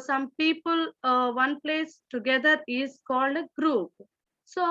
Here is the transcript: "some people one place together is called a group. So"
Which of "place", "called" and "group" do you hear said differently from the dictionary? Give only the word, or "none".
none